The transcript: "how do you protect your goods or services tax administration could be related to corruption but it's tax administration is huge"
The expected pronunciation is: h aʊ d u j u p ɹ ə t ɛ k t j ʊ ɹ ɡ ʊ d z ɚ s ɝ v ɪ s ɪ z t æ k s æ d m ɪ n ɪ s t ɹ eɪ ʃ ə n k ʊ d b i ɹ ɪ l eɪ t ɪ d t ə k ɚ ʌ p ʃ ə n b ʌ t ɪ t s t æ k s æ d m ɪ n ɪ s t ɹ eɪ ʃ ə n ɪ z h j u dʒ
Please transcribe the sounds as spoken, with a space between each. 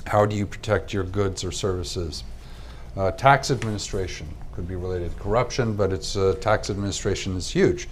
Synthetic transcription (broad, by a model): h aʊ d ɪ j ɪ p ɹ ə t ɛ k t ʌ ɹ ɡ ʊ d z ɚ s ɝ v ɪ s ɪ z t æ k s æ d m ɪ n ɪ s t ɹ eɪ ʃ ə n k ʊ d b i ɹ ɪ l eɪ t ɪ d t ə k ɚ ʌ p ʃ ə n b ʌ t ɪ t s t æ k s æ d m ɪ n ɪ s t ɹ eɪ ʃ ə n ɪ z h j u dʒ